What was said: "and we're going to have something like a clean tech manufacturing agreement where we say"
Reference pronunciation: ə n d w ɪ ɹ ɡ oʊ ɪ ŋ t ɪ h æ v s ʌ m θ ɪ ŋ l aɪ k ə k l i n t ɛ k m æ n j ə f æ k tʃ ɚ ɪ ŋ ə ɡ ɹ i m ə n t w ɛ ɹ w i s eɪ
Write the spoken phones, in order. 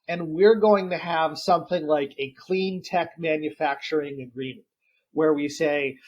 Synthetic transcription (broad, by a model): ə n w ɪ ɹ ɡ oʊ ɪ ŋ t ɪ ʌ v s ʌ m θ ɪ ŋ l aɪ k ə k l i n t ɛ k m æ n j ə f æ k tʃ ɚ ɪ ŋ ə ɡ ɹ i m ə n t w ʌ ɹ w i s eɪ